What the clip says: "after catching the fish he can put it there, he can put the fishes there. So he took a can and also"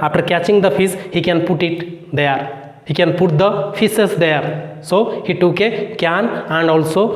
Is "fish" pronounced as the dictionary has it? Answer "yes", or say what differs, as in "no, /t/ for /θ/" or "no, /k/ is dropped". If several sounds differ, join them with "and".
no, /s/ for /ʃ/